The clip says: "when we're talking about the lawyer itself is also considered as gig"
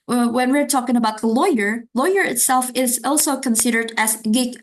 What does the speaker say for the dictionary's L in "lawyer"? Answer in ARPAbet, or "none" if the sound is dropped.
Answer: L